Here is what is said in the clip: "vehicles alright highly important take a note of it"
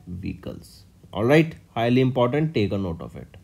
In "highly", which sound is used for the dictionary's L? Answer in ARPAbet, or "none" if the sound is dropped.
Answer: L